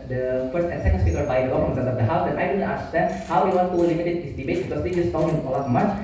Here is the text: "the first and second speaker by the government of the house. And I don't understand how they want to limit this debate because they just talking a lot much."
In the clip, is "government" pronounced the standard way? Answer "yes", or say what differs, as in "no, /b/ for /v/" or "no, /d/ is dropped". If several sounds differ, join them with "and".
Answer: no, /f/ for /v/